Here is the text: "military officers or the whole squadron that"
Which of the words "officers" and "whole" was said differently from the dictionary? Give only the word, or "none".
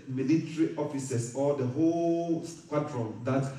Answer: officers